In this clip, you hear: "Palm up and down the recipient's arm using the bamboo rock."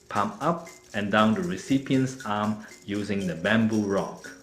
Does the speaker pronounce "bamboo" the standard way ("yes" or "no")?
yes